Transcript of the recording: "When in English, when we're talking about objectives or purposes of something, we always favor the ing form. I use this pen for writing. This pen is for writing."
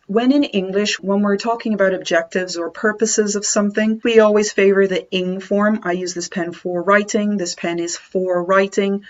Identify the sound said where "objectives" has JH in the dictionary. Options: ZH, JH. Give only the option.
JH